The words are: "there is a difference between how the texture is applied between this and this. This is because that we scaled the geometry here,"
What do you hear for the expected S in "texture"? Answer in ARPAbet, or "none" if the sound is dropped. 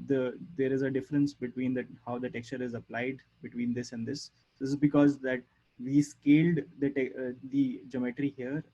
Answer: S